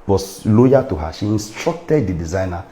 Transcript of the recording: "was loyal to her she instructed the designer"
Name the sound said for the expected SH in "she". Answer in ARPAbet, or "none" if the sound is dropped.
SH